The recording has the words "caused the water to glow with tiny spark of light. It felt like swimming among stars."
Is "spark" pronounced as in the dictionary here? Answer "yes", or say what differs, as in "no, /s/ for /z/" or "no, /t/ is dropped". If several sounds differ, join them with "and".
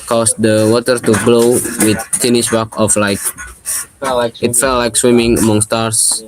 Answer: no, /b/ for /p/